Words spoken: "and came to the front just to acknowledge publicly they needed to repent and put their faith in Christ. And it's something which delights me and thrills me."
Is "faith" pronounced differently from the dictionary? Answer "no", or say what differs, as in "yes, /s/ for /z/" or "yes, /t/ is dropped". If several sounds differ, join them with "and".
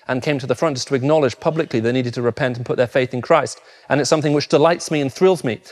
no